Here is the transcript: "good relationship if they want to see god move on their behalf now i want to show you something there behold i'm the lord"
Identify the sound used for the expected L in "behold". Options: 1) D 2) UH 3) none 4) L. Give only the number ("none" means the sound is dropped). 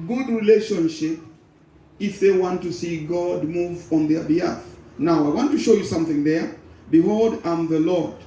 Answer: 4